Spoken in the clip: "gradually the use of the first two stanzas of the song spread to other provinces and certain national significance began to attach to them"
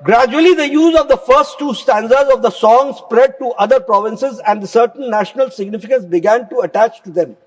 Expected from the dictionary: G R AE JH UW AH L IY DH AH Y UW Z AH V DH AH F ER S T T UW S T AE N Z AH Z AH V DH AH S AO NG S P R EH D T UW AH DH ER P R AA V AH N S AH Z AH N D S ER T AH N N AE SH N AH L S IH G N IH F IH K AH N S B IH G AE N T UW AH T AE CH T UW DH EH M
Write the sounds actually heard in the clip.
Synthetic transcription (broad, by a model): G R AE JH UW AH L IY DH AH Y UW Z AH V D AH F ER S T T UW S T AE N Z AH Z AH V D AH S AO NG S P R EH D T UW AH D ER P R AA V AH N S AH Z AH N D S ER T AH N N AE SH N AH L S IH G N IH F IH K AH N S B IH G AE N T UW AH T AE CH T UW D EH M